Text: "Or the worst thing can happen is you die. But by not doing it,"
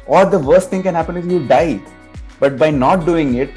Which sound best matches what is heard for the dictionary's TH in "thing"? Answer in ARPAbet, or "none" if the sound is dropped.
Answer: T